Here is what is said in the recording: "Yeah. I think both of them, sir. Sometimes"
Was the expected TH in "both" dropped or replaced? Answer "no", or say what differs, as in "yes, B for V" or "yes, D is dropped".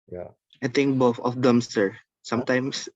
yes, F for TH